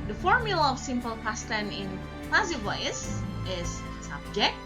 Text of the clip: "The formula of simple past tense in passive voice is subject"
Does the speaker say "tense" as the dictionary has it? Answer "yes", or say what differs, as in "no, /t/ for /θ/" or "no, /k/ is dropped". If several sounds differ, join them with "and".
no, /s/ is dropped